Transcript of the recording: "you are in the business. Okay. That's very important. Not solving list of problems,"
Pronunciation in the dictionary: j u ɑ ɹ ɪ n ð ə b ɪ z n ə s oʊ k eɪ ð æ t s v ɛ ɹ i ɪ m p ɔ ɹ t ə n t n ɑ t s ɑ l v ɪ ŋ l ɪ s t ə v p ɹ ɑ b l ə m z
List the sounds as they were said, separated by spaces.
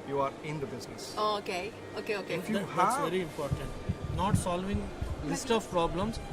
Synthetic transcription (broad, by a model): j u ɑ ɹ ɪ n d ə b ɪ z n ə s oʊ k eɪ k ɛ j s v ɛ ɹ i ɪ m p ɔ ɹ t ə n t n ɑ t s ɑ l v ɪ ŋ l ɪ s t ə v p ɹ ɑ b l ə m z